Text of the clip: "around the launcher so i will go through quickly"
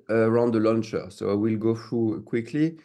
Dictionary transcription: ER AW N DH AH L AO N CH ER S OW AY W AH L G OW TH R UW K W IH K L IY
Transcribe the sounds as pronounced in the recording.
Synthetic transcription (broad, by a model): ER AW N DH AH L AO N CH ER S OW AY W AH L G OW TH R UW K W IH K L IY